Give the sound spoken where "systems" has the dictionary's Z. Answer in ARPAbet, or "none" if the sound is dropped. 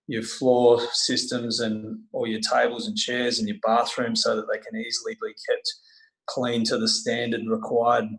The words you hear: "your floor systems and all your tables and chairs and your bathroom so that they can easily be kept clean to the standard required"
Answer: Z